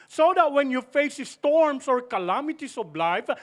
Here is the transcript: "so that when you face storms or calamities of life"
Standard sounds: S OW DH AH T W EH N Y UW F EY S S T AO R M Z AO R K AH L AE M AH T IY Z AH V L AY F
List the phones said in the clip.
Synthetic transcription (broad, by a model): S OW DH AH T W EH N Y UW F EY S S T AO R M S AO R K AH L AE M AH T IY S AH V L AY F